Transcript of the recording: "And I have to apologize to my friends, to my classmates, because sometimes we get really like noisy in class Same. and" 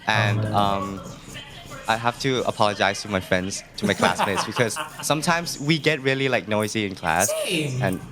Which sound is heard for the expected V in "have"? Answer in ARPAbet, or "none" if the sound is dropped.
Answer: F